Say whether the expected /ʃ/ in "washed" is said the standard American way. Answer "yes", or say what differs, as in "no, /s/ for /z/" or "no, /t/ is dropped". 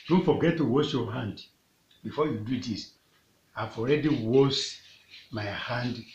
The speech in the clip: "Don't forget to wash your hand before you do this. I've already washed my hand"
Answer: no, /s/ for /ʃ/